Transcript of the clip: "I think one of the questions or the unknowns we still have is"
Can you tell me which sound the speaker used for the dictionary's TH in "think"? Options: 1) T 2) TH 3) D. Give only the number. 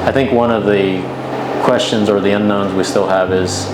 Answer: 2